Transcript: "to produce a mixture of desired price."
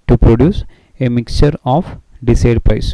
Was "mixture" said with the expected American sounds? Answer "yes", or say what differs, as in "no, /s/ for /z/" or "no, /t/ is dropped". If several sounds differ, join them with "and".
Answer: yes